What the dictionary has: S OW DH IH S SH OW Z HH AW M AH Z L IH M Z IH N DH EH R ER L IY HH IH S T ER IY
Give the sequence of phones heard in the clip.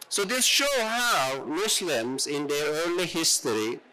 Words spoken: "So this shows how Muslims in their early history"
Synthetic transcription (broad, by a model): S OW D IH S SH OW HH AW M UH S L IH M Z IH N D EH R ER L IY HH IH S T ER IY